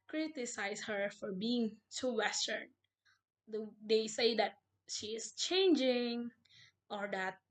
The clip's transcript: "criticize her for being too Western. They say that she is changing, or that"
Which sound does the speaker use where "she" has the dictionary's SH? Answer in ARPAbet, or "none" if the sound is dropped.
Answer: SH